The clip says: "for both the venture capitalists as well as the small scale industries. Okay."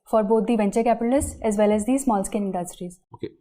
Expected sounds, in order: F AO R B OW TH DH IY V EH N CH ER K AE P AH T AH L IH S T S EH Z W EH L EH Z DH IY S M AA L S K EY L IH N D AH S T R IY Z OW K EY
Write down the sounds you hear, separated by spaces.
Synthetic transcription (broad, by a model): F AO R B OW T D IY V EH N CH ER K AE P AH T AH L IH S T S EH Z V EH L EH Z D IY S M AA L S K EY N IH N D AH S T R IY Z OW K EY